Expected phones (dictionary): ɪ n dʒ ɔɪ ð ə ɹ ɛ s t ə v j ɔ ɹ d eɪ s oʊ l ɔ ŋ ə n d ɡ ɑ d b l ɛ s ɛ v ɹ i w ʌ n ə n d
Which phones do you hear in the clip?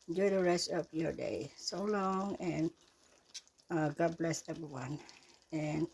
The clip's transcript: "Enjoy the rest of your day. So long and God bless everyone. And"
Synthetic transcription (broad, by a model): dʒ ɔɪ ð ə ɹ ɛ s t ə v j ɔ ɹ d eɪ s oʊ l ɔ ŋ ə n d ɡ ɑ d b l ɛ s ɛ v ɹ i w ʌ n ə n